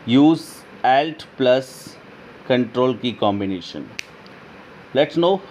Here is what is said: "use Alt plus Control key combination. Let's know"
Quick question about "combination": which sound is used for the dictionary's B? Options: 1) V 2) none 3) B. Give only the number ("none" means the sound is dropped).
3